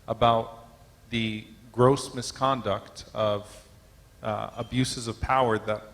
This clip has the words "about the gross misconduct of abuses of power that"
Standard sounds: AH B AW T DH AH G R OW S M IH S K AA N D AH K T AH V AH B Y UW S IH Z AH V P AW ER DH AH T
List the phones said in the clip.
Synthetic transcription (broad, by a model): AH B AW T DH AH G R OW S M IH S K AA N D AH K T AH V AH B Y UW S IH Z AH V P AW ER DH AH T